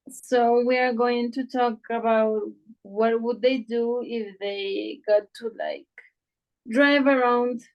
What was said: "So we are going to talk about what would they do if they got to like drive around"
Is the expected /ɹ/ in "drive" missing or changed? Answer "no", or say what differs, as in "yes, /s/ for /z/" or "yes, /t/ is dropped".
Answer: no